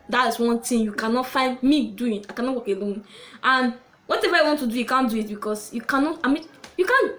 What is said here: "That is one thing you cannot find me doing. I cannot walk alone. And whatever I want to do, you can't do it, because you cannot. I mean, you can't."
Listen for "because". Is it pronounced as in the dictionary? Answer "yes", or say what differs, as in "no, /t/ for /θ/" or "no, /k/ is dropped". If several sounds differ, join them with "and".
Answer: no, /s/ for /z/